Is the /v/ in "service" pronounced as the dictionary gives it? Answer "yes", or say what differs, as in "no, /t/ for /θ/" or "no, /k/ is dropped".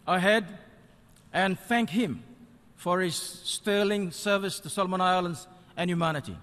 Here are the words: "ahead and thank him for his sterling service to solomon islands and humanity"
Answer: yes